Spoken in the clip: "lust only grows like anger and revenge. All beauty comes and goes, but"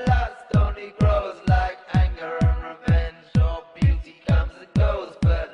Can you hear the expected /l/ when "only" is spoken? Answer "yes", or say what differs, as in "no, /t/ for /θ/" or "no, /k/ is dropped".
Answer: no, /l/ is dropped